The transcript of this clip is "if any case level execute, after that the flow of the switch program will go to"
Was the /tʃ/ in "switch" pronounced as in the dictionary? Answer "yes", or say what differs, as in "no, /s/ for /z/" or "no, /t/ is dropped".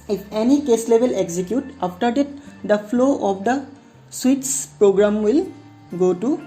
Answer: no, /s/ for /tʃ/